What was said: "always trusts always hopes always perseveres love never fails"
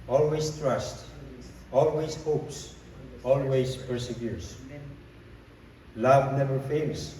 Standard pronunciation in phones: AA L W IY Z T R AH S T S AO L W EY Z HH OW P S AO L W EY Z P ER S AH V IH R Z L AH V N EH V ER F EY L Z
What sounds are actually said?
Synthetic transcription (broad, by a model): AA L W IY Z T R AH S T AO L W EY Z HH OW P S AO L W EY Z P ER S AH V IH R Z L AH V N EH V ER F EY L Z